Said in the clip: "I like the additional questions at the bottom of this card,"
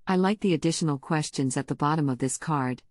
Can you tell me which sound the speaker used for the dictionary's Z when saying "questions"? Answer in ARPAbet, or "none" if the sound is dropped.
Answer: Z